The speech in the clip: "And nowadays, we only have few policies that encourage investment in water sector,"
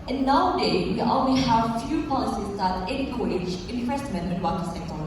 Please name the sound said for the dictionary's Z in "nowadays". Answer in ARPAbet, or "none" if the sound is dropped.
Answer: none